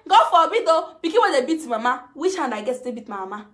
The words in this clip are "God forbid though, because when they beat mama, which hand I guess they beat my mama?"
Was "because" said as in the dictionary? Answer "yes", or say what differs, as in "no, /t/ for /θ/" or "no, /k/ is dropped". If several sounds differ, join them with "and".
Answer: no, /z/ is dropped